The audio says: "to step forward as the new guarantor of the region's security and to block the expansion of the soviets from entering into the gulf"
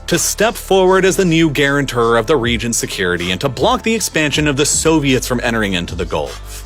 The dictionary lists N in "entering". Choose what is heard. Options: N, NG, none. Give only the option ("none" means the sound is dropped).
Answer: none